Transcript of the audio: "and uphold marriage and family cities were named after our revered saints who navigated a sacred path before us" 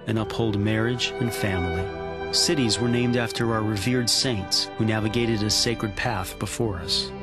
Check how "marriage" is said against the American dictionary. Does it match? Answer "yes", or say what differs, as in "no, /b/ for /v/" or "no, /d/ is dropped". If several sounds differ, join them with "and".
yes